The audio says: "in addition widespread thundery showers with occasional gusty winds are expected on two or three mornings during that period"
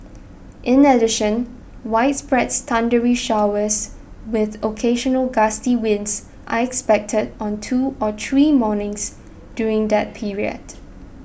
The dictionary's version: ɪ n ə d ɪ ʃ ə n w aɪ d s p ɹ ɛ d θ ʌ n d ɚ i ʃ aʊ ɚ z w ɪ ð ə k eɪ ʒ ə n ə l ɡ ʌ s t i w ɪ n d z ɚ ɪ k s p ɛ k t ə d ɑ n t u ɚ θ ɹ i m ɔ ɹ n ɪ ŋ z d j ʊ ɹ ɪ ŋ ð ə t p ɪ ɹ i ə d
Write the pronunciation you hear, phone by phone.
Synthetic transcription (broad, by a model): ɪ n ə d ɪ ʃ ə n w aɪ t s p ɹ ɛ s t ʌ n d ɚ i ʃ aʊ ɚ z w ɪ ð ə k eɪ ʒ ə n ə l ɡ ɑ s t i w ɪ n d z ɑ ɪ k s p ɛ k t ə d ɑ n t u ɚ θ ɹ i m ɔ n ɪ ŋ s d j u ɹ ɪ ŋ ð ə t p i ɹ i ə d